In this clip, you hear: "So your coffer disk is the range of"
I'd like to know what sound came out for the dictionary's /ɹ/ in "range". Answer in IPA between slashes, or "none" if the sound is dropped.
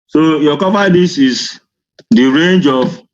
/ɹ/